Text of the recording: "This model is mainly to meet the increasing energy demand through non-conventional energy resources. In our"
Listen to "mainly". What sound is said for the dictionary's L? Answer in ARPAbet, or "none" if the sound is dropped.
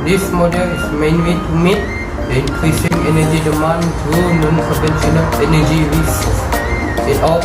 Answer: W